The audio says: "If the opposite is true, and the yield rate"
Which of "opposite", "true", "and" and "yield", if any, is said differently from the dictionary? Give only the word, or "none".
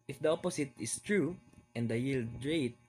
opposite